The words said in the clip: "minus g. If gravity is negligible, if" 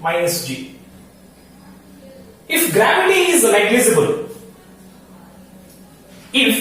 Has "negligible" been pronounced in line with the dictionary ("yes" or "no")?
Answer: no